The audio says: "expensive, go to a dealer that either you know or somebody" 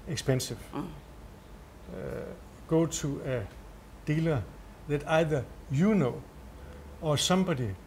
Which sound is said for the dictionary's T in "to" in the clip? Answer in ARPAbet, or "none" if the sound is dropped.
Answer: S